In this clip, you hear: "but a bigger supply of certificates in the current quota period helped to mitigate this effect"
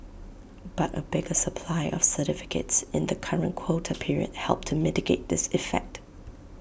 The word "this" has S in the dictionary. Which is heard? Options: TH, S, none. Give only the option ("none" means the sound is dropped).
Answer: S